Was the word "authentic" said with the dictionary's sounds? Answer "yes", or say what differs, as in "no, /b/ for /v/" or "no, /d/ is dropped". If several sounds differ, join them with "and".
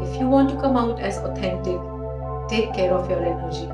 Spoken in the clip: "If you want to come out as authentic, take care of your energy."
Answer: no, /t/ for /θ/